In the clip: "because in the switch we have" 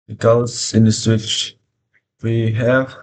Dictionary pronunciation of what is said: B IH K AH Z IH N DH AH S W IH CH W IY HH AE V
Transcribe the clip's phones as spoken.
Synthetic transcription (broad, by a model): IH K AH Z IH N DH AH S W IH CH W IY HH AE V